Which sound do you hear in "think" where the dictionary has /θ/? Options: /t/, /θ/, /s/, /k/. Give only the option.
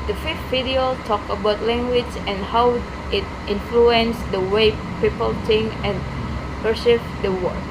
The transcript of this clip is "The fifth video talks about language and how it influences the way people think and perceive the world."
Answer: /t/